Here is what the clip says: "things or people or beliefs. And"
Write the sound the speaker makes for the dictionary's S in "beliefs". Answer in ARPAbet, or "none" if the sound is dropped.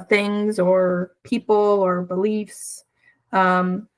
S